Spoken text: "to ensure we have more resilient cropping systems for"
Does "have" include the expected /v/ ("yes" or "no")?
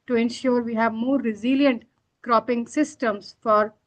yes